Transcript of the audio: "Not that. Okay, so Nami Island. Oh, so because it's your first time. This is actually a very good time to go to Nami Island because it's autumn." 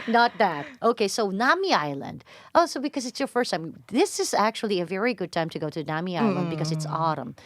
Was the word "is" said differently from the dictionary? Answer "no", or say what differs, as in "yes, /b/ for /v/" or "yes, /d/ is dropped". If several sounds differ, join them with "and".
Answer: no